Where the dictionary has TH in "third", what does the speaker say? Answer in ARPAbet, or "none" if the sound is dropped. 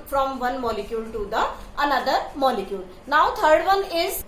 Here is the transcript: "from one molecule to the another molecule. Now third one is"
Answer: T